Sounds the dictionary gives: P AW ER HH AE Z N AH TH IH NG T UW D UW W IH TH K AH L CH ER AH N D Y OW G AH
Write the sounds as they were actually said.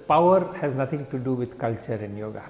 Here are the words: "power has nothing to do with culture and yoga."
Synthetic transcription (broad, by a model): P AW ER HH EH Z N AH T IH NG T UW D UW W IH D K AH L CH ER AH N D Y OW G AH